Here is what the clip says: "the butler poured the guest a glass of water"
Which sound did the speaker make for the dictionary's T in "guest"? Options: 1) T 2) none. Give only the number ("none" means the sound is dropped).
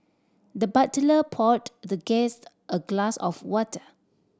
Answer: 1